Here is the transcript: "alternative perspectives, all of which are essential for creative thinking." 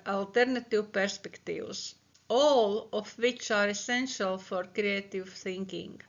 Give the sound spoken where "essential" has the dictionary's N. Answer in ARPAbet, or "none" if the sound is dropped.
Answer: N